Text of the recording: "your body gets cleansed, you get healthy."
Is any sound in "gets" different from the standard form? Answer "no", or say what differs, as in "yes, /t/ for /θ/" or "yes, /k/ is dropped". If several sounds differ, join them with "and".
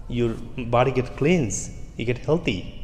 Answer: yes, /s/ is dropped